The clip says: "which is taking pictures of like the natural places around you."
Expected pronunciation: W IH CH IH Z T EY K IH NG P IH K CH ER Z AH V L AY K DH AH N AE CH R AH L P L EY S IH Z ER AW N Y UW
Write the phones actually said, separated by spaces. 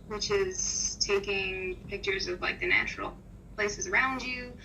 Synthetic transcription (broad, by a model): W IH CH IH Z T EY K IH NG P IH K CH ER Z AH V L AY K DH AH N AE CH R L P L EY S IH Z ER AW N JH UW